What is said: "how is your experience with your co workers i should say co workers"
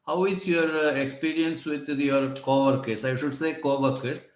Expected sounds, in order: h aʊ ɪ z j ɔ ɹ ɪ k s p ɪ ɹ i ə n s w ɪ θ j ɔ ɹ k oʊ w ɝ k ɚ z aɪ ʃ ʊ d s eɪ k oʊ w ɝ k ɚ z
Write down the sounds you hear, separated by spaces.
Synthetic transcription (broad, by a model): h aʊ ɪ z j ɔ ɹ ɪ k s p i ɹ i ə n s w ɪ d j ɔ ɹ k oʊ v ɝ k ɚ s aɪ ʃ ʊ d s eɪ k oʊ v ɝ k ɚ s